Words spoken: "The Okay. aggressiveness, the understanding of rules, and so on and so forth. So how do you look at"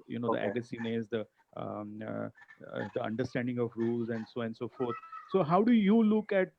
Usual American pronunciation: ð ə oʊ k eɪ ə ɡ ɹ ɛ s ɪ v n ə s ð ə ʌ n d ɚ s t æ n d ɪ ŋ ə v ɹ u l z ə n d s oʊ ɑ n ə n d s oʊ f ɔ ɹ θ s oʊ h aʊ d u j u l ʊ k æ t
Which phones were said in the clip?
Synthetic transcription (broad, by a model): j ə oʊ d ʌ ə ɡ ʌ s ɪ n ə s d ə ʌ n d ɚ s t æ n d ɪ ŋ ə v ɹ u l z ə n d s oʊ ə n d s oʊ f ɔ ɹ t s oʊ h aʊ d u j u l ʊ k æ t